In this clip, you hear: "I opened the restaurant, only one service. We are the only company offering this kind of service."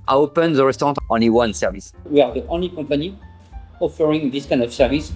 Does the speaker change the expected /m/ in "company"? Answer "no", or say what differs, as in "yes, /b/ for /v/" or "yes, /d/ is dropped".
yes, /m/ is dropped